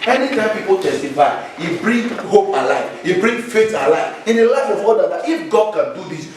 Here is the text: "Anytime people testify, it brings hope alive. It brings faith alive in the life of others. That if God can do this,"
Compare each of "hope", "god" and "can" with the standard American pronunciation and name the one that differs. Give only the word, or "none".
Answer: none